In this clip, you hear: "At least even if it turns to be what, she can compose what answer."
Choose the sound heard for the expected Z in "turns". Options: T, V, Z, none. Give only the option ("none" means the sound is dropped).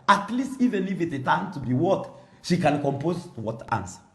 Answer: none